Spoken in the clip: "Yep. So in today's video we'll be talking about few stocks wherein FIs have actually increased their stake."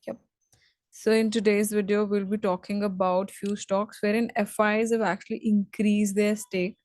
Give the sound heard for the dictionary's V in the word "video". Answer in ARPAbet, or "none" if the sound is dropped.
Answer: V